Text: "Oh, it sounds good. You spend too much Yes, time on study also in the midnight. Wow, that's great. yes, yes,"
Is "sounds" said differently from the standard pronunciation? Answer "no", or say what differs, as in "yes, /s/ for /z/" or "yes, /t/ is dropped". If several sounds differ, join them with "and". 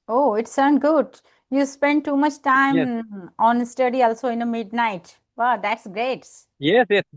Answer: yes, /z/ is dropped